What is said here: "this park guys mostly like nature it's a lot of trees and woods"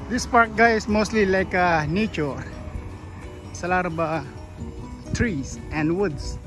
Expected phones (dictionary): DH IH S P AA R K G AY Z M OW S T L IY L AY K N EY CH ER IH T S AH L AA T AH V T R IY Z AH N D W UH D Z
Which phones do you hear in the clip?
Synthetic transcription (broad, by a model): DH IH S P AA R K G AY S M OW S T L IY L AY K N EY CH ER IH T S AH L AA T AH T R IY S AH N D W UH D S